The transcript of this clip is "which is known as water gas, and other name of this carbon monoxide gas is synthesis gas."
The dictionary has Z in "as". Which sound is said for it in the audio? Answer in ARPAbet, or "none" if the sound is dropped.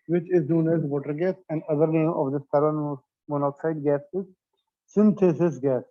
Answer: Z